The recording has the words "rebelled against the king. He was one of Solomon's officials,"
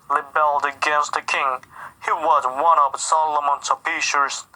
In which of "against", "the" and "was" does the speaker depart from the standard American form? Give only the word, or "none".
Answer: none